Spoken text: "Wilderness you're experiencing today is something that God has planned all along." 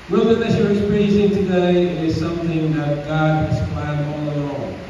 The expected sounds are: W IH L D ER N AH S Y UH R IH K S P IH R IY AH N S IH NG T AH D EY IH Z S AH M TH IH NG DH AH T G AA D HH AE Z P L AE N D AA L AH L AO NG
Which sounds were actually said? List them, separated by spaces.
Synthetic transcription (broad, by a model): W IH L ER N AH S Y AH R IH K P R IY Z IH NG T AH D EY IH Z S AH M TH IH NG DH AH T G AA D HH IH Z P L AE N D AA L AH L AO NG